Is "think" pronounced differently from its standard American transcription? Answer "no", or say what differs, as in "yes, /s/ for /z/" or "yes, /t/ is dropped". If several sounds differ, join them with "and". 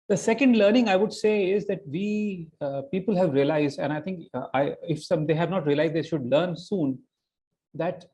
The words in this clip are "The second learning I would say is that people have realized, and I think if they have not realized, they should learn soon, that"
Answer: yes, /t/ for /θ/